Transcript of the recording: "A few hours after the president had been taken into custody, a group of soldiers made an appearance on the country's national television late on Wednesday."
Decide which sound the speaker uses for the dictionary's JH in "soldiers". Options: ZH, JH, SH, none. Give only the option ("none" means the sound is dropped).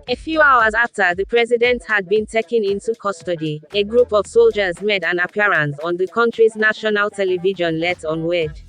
JH